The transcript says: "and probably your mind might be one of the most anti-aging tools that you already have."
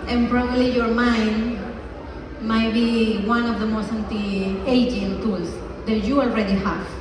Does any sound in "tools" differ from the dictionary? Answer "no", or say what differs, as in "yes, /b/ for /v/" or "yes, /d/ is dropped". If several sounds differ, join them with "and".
yes, /s/ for /z/